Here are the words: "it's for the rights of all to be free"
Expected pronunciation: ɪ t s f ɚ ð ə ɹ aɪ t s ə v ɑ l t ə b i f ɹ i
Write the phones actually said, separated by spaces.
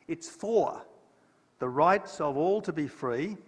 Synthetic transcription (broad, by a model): ɪ t s f ɚ ð ə ɹ aɪ t s ə v ɑ l t ə b i f ɹ i